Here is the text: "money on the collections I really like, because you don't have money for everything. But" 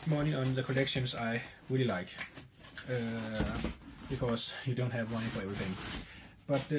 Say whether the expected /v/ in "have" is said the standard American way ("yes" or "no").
yes